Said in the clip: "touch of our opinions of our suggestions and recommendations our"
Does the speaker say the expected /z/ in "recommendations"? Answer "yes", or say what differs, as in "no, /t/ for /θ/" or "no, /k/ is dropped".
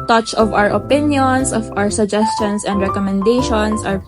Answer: no, /s/ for /z/